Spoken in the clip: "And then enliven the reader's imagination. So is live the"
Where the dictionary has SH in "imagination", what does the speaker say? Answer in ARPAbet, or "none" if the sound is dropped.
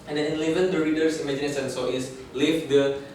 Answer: S